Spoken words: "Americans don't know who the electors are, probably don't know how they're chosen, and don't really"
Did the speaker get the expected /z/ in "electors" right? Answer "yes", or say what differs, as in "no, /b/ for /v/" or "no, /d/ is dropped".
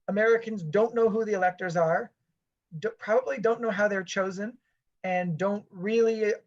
yes